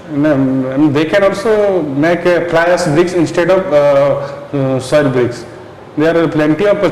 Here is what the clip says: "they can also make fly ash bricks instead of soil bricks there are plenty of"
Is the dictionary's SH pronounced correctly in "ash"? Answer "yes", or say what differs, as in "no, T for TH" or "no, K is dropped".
no, S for SH